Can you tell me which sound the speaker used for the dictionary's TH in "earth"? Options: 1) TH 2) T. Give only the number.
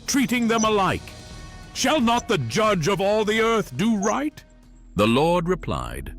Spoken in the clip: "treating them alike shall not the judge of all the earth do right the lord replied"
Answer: 1